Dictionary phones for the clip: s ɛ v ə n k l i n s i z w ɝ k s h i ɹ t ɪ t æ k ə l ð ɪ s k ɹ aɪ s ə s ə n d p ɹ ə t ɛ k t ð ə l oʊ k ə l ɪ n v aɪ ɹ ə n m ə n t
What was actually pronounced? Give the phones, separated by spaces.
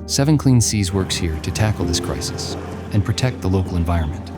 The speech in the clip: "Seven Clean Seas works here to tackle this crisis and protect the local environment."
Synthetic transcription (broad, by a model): s ɛ v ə n k l i n s i z w ɝ k s h i ɹ t ɪ t æ k l ð ɪ s k ɹ aɪ s ə s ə n p ɹ ə t ɛ k t ð ə l oʊ k l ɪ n v aɪ ɹ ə n m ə n t